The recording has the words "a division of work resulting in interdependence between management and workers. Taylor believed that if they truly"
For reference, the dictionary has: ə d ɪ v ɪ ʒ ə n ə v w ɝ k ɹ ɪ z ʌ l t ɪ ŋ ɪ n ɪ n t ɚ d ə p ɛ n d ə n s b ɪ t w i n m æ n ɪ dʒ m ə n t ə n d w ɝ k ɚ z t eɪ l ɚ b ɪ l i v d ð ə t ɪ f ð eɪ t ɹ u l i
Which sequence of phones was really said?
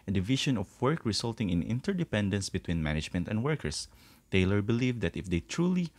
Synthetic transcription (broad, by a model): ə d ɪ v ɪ ʃ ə n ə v w ɝ k ɹ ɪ s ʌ l t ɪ ŋ ɪ n ɪ n t ɚ d ə p ɛ n d ə n s b ɪ t w i n m æ n ɪ dʒ m ə n t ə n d w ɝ k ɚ s t eɪ l ɚ b ɪ l i v d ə t ɪ f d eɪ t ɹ u l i